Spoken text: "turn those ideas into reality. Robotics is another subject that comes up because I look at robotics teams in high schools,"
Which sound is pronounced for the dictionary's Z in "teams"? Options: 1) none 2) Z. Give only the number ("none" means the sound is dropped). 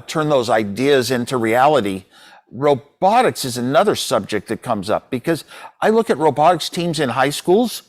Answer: 2